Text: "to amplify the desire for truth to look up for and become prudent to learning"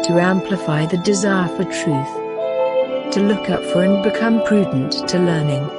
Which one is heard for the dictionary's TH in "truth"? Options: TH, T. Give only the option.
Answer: TH